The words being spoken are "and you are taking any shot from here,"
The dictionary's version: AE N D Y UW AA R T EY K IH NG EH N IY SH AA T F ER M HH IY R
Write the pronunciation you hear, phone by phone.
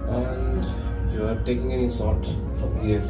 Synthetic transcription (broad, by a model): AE N D Y UW AA R T EY K IH NG EH N IY S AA T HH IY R